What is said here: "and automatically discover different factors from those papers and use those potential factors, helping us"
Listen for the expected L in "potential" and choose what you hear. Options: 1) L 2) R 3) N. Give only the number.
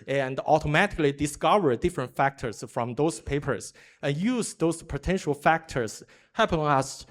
1